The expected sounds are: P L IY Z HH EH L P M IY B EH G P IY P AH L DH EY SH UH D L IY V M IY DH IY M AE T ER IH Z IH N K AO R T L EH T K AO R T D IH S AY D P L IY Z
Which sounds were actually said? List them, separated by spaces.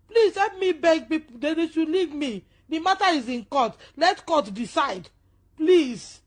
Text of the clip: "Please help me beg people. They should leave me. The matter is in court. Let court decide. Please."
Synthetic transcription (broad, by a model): P L IY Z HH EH P M IY B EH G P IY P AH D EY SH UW L IY V M IY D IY M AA T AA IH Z IH N K AO T L EH T K AO T D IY S AY D P L IY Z